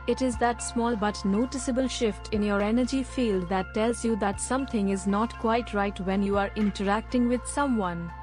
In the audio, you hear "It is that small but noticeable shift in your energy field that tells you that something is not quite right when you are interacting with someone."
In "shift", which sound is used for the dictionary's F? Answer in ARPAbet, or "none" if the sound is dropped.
F